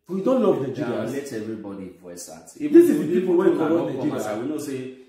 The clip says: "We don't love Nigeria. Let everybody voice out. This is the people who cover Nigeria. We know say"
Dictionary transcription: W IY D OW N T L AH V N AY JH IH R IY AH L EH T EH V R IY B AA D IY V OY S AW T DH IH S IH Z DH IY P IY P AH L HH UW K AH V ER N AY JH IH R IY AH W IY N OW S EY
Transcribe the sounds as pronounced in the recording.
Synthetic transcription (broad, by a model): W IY D OW N T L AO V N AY JH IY IY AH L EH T EH V R IY B AA D IY P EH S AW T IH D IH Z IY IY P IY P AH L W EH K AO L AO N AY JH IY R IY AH W IY N OW S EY